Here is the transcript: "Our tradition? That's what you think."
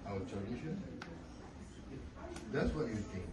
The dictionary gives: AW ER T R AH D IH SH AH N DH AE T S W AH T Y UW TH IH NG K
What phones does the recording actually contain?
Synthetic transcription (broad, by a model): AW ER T AH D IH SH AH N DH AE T S W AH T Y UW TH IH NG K